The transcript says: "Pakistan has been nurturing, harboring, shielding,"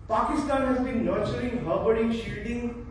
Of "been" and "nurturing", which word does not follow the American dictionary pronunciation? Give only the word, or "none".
nurturing